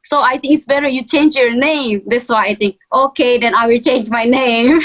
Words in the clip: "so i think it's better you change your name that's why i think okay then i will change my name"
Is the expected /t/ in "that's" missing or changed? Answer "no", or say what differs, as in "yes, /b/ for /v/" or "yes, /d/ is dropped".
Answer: yes, /s/ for /t/